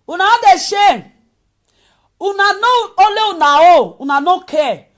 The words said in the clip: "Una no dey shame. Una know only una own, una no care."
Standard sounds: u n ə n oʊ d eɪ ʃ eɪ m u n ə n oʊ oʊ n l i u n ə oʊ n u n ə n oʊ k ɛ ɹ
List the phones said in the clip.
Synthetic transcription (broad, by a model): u n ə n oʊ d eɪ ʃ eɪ u n ə n oʊ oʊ l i u n ə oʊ u n ə n oʊ k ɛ